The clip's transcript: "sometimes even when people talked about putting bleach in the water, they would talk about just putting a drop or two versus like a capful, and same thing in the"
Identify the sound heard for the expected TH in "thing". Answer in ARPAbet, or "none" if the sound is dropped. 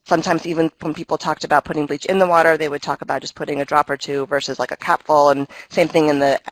TH